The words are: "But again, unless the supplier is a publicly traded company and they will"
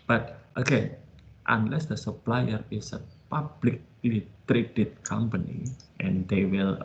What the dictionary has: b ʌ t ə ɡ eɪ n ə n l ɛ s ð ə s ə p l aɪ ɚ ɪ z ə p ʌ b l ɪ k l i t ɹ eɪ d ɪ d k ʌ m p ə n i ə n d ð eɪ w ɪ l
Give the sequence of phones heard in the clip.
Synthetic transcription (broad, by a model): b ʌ t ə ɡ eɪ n ə n l ɛ s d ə s ə p l aɪ ɚ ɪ s ə p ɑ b l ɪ k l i t ɹ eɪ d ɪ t k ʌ m p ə n i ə n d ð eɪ w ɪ l